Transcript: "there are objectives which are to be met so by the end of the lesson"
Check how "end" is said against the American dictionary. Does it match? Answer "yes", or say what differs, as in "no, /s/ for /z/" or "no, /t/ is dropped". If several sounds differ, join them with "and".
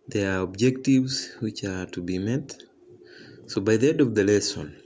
no, /n/ is dropped